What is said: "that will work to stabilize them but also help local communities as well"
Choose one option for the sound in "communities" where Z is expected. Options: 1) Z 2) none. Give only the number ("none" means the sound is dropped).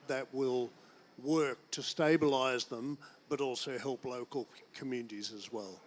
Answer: 1